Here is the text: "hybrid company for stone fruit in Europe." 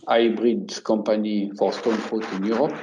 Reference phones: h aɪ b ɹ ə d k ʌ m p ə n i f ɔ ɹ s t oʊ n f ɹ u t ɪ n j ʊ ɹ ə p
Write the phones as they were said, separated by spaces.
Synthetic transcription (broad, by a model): aɪ b ɹ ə d k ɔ p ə n i f ɔ ɹ s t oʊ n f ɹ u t ɪ n j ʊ ɹ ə p